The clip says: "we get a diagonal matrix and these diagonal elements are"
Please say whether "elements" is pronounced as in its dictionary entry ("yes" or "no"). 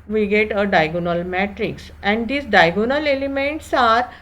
yes